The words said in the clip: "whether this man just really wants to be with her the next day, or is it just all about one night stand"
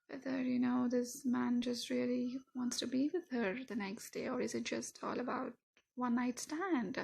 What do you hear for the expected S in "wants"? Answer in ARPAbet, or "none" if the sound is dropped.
S